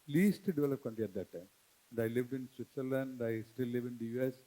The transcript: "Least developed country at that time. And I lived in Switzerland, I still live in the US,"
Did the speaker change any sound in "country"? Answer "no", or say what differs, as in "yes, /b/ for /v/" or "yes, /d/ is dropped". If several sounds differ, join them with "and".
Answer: yes, /l/ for /ɹ/